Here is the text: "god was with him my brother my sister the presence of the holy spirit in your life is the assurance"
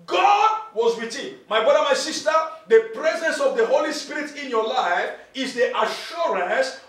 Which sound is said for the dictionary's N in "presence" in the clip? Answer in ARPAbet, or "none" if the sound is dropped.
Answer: N